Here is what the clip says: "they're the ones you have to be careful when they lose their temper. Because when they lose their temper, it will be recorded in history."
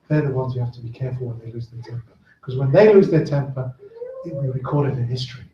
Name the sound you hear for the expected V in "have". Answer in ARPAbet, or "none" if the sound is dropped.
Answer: F